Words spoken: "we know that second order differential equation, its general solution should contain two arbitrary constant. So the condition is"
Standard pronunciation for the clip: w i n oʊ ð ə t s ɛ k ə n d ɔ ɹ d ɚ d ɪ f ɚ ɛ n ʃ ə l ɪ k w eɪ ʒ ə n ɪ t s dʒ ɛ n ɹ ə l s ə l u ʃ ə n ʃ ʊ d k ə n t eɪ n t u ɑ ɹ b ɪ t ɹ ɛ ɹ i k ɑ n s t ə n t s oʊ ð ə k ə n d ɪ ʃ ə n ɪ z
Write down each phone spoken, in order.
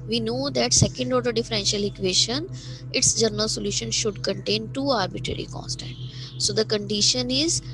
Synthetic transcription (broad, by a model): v i n oʊ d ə t s ɛ k ə n d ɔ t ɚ d ɪ f ɚ ɛ n ʃ ə l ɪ k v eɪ ʃ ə n ɪ t s dʒ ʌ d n ə l s ə l u ʃ ə n ʃ ʊ d k ə n t eɪ n t u ɑ ɹ b ɪ t ɹ ɛ ɹ i k ɑ n s t ə n t s oʊ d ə k ə n d ɪ ʃ ə n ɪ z